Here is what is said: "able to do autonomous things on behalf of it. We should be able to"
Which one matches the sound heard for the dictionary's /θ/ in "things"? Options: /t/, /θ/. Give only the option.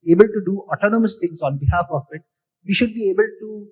/t/